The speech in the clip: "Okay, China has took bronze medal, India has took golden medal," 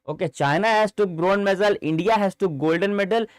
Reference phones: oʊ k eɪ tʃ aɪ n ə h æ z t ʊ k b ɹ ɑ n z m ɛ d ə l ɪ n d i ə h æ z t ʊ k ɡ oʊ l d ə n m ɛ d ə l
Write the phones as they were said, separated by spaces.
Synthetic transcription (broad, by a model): oʊ k eɪ tʃ aɪ n ə h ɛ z t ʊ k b ɹ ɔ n m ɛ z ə l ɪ n d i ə h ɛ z t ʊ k ɡ oʊ l d ə n m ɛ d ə l